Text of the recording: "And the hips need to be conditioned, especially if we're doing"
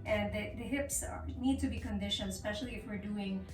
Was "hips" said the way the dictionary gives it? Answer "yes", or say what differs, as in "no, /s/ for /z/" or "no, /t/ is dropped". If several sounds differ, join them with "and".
yes